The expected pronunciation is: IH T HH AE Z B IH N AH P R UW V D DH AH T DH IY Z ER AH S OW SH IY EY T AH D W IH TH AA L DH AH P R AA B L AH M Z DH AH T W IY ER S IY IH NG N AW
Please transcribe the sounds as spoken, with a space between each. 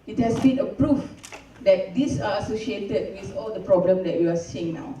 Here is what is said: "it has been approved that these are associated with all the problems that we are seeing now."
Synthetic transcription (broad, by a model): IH T HH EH S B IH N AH P R UW F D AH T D IY S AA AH S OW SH IY EY T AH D W IH TH AA L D AH P R AA B L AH M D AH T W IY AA S IY IH NG N AW